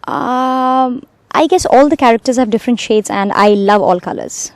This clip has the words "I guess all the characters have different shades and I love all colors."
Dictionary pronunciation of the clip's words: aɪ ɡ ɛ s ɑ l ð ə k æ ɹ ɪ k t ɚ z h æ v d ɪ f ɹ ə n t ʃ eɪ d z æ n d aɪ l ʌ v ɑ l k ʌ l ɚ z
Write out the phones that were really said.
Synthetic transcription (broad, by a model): aɪ ɡ ɛ s ɑ l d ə k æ ɹ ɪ k t ɚ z h æ v d ɪ f ɹ ə n t ʃ eɪ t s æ n d aɪ l ʌ v ɑ l k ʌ l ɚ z